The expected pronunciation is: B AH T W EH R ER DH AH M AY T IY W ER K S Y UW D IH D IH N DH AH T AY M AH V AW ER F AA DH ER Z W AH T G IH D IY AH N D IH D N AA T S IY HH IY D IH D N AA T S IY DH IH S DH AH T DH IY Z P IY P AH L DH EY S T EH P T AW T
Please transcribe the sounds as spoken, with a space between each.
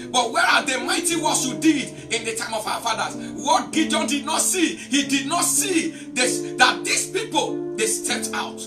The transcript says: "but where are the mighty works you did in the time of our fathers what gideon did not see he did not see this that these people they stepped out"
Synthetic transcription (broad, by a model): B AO T W EH R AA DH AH M AY T IY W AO S Y UW D IH D IH N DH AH T AY M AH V AW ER F AA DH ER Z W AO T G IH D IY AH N D IH D N AA T S IY HH IY D IH D N AA T S IY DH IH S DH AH T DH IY S P IY P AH L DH EY S T EH P T AW T